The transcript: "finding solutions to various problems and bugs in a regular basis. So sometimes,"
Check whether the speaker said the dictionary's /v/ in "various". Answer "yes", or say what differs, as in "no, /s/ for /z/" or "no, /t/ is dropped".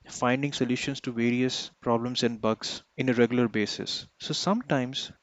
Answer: yes